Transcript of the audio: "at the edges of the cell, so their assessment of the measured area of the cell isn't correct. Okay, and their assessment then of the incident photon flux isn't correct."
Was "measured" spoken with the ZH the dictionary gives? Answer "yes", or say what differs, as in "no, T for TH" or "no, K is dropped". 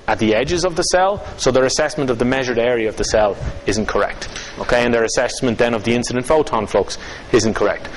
yes